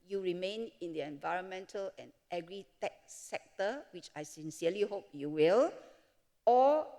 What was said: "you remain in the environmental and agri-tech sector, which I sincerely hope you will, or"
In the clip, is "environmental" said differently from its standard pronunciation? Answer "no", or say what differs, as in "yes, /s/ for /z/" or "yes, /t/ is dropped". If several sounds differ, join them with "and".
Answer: no